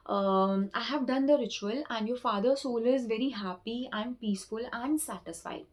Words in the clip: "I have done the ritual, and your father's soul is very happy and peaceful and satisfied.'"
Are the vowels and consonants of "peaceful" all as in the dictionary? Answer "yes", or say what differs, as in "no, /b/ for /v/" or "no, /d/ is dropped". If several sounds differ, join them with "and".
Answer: yes